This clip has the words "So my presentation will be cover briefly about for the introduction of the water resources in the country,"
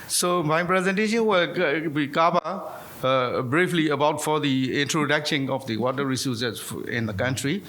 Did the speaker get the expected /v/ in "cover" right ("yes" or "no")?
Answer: no